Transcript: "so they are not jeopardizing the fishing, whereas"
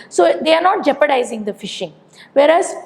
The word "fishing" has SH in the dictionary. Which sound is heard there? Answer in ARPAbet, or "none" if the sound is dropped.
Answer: SH